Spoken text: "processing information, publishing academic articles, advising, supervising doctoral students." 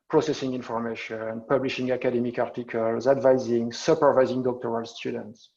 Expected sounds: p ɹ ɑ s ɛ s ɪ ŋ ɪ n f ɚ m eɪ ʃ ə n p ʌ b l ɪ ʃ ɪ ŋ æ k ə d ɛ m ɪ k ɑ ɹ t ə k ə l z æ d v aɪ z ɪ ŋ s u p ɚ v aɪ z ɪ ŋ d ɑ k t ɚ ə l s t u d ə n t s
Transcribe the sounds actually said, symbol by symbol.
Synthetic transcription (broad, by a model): p ɹ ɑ s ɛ s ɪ ŋ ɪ n f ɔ m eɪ ʃ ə n p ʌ b l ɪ ʃ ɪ ŋ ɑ k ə d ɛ m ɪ k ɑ ɹ t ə k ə l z æ d v aɪ z ɪ ŋ s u p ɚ v aɪ z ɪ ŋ d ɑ k t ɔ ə l s t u d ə n t s